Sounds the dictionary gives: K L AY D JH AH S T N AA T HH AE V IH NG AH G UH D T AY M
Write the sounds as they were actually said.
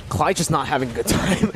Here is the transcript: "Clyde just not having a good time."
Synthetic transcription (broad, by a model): K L AY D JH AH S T N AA T HH AE V IH NG AH G UH D T AY M